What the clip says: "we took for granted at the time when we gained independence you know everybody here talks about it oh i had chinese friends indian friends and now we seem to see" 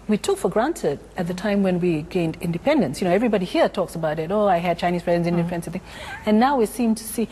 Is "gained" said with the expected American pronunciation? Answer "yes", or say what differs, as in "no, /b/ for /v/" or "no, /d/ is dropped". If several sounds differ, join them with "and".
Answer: yes